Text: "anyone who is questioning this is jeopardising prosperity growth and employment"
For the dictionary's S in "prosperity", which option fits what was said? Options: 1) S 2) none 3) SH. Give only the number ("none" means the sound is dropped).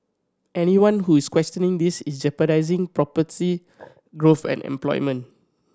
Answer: 2